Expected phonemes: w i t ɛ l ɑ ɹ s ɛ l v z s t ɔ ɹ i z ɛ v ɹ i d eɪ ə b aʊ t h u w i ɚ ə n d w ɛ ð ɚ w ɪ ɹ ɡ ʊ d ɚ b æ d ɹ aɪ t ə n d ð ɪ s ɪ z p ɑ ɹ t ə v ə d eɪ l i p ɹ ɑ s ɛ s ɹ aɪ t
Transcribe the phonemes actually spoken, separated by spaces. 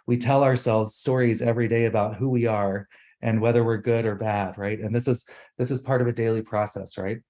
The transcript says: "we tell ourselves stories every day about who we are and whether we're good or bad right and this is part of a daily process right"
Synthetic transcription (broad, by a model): w i t ɛ l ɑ ɹ s ɛ l v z s t ɔ ɹ i z ɛ v ɹ i d eɪ ə b aʊ t h u w i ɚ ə n w ɛ ð ɚ w ɪ ɹ ɡ ʊ d ɚ b æ d ɹ aɪ t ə n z ð ɪ s ɪ z p ɑ ɹ t ə v ə d eɪ l i p ɹ ɑ s ɛ s ɹ aɪ t